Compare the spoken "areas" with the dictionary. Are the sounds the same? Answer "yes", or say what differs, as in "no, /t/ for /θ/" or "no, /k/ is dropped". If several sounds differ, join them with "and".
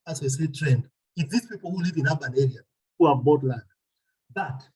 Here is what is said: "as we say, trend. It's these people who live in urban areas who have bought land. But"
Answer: no, /z/ is dropped